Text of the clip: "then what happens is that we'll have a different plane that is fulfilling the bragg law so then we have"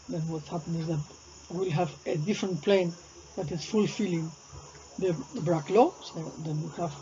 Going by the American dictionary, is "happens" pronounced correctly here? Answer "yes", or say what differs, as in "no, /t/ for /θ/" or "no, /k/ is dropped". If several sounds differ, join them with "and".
no, /z/ is dropped